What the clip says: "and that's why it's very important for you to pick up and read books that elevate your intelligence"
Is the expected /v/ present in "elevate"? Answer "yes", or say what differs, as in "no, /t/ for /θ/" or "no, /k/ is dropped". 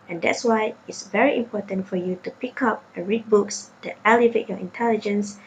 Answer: yes